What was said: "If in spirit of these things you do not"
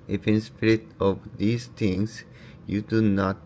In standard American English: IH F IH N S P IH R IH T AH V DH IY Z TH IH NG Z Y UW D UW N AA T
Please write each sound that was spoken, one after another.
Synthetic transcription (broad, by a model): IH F IH N S P IH R IH T AH V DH IY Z T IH NG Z Y UW D UW N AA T